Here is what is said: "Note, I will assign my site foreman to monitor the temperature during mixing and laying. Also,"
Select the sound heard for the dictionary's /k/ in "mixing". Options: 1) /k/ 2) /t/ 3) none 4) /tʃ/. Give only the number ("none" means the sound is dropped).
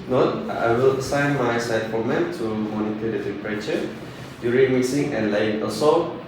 3